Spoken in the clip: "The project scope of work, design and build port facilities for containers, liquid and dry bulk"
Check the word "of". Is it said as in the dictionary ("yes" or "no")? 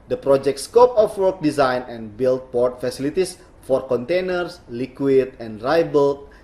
no